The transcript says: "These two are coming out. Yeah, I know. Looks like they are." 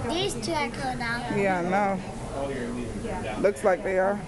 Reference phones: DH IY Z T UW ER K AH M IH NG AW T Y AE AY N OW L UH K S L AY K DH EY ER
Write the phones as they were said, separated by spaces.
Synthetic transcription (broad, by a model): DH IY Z T UW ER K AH IH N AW Y AE AY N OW L UH K S L AY K DH EY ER